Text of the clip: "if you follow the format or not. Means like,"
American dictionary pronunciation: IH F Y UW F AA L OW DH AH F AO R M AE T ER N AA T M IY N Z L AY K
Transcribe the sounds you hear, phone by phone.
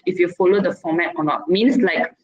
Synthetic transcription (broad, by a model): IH F Y UW F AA L OW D AH F AO M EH T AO N AA T M IY N S L AY K